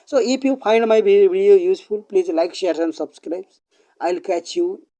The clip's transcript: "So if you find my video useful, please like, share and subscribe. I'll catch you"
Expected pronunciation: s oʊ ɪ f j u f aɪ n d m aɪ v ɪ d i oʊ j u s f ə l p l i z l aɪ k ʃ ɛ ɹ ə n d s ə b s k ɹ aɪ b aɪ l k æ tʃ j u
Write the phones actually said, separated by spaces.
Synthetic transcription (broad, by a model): s oʊ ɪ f j u p aɪ n d m aɪ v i d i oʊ j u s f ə l p l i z l aɪ k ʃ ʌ ɹ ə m s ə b s k ɹ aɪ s aɪ l k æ tʃ j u